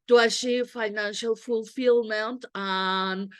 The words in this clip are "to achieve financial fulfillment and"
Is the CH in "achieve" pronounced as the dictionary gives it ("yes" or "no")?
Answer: no